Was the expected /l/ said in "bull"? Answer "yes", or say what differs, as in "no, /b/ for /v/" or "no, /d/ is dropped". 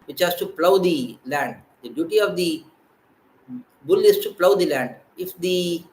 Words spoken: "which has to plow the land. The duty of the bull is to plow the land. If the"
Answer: yes